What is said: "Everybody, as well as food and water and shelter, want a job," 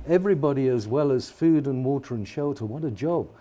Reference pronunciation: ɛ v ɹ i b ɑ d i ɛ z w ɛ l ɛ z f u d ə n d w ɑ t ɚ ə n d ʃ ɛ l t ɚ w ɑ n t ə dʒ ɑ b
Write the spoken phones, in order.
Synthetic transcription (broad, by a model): ɛ v ɹ i b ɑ d i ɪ z w ɛ l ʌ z f u d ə n w ɑ t ɚ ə n ʃ ɛ l t ɚ w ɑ t ə dʒ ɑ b